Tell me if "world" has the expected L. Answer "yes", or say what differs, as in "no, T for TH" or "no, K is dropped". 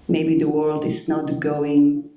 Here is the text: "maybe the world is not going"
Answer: yes